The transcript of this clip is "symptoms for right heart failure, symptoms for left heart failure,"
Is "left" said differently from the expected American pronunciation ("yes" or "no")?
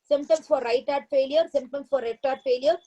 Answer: yes